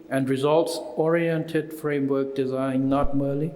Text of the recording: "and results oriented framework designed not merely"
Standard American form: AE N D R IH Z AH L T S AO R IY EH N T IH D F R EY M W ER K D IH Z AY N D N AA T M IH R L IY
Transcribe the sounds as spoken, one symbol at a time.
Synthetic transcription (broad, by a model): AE N D R IH Z AH L T S AO R IY EH N T IH D F R EY M W ER K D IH Z AY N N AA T M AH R L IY